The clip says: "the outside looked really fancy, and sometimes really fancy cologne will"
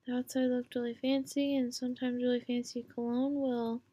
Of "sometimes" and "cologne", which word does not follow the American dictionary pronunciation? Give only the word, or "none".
none